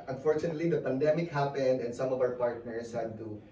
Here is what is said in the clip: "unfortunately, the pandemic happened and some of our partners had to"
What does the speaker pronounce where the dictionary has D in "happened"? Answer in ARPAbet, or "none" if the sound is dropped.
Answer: D